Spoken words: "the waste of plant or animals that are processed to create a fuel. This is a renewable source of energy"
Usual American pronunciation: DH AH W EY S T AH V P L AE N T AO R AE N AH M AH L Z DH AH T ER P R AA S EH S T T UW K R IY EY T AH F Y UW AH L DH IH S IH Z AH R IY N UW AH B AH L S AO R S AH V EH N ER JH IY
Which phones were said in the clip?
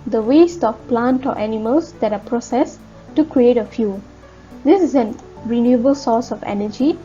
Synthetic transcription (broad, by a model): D AH W EY S T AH F P L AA N T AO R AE N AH M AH L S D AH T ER P R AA S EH S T T UW K R IY EY T AH F Y UW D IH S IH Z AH R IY N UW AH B AH L S AO S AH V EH N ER JH IY